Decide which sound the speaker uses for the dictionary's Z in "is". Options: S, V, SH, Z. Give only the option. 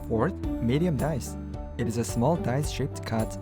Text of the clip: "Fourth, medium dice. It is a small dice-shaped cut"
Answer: Z